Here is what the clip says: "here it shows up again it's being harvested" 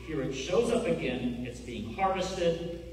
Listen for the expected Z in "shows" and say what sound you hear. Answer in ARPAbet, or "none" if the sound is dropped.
Z